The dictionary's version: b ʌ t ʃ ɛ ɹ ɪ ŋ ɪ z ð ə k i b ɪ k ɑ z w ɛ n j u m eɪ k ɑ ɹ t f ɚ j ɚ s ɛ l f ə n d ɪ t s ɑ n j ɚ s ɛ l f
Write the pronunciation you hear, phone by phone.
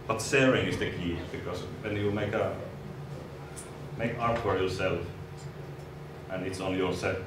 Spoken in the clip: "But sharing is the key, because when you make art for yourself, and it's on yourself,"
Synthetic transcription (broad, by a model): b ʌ t s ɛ ɹ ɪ ŋ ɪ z ð ə k i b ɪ k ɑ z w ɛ n j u m eɪ k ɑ ɹ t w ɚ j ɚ s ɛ l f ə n ɪ t s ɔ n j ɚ s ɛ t